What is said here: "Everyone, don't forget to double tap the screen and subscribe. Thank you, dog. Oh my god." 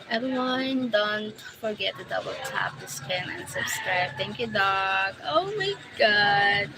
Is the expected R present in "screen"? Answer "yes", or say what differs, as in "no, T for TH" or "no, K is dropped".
no, R is dropped